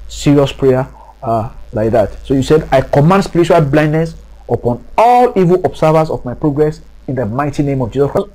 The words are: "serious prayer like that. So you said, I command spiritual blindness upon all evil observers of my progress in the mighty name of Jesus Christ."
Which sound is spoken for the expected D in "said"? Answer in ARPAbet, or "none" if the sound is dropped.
D